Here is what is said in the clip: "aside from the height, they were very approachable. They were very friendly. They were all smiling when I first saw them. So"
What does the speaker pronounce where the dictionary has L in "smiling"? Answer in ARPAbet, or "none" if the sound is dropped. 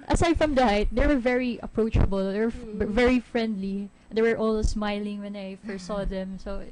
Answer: L